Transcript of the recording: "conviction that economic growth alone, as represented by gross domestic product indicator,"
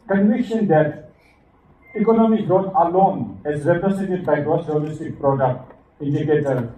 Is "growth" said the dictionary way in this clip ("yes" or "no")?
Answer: no